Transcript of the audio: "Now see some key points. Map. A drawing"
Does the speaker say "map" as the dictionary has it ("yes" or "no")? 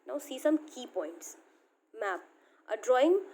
yes